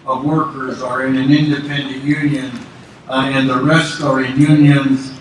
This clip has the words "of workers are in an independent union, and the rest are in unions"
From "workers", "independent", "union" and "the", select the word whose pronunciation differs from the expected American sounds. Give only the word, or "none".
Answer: none